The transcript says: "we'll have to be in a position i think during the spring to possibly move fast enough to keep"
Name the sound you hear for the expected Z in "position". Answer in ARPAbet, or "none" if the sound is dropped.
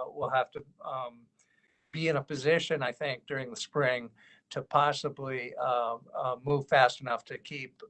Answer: Z